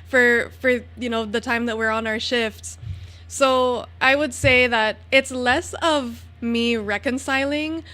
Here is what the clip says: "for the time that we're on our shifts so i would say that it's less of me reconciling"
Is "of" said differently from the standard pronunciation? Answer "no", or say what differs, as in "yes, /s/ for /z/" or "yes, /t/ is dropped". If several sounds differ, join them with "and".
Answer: no